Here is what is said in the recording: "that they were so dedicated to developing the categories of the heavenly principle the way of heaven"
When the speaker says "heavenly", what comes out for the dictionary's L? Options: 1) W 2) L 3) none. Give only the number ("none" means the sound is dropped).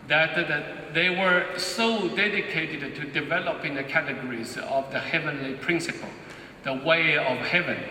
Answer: 2